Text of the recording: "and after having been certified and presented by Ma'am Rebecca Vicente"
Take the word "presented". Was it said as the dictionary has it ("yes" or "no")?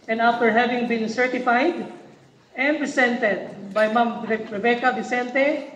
no